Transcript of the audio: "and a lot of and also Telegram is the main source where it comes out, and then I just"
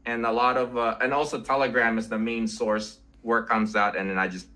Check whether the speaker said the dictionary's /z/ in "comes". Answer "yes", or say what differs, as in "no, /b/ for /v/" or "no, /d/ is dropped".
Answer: yes